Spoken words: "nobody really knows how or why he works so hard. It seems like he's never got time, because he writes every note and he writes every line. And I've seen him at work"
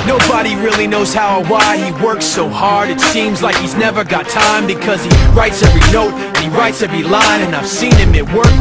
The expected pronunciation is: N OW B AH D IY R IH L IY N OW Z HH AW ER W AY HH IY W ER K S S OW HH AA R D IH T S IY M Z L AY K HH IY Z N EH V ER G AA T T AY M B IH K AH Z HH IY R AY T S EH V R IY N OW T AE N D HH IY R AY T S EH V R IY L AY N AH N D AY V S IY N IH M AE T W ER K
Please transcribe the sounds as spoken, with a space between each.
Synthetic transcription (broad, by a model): N OW B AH D IY R IH L IY N OW Z HH AW ER W AY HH IY W ER K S S OW HH AA R D IH T S IY M Z L AY K HH IY Z N EH V ER G AA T T AY M B IH K AH Z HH IY R AY T S EH V R IY N OW T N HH IY R AY T S EH V R IY L AY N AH N AY V S IY N IH M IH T W ER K